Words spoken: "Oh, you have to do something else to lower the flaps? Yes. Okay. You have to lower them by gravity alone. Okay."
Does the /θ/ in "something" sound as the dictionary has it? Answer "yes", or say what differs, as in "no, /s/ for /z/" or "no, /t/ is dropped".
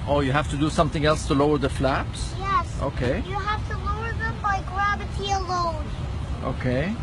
yes